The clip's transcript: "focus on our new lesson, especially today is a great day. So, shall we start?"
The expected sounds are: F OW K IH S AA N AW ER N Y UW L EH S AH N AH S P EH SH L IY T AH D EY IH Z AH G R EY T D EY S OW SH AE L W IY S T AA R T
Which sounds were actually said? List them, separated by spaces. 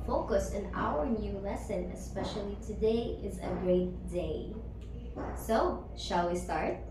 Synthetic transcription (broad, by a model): F OW K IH S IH N AW ER N Y UW L EH S AH N AH S P EH SH L IY T AH D EY IH Z AH G R EY T D EY S OW SH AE L W IY S T AA R T